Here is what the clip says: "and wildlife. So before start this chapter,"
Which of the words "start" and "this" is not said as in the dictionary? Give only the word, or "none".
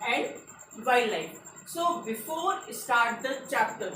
this